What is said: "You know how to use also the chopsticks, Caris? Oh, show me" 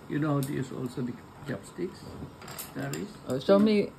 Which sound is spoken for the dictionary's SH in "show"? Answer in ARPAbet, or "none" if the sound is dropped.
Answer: S